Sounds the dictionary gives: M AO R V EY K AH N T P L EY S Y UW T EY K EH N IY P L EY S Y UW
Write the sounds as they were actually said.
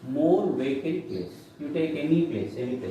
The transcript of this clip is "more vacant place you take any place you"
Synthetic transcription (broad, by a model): M AO R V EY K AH T P L EY S Y UW T EY K EH N IY P L EY S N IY